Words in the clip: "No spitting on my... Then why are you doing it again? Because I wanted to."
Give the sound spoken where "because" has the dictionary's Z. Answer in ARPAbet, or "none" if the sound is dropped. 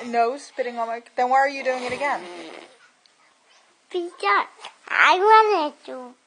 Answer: none